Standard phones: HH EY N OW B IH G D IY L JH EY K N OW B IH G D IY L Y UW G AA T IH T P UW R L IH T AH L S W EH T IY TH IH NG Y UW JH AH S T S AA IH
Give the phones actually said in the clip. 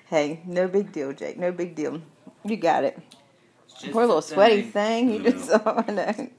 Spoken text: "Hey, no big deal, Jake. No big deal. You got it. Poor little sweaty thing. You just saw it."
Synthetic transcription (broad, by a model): HH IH N OW B IH G D IY L JH EY K N OW B IH G D IY L Y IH G AA T IH T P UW R L IH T L S W EH T IY TH IH NG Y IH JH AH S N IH